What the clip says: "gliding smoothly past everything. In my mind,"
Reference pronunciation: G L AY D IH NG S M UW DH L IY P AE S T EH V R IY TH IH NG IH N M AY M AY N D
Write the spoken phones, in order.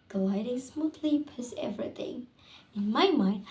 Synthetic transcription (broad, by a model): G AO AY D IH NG S M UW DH L IY P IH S EH V R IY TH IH NG IH N M AY M AY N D